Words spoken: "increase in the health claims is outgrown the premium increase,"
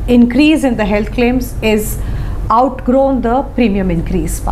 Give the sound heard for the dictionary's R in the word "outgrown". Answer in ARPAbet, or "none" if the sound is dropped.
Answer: R